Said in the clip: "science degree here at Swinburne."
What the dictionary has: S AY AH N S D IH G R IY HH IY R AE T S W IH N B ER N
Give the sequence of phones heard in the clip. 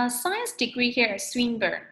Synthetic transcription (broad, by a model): S AY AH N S D IH G R IY HH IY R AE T S W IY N B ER